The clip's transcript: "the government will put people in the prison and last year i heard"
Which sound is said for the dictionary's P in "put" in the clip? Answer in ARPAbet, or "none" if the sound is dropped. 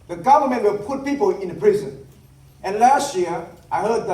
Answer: P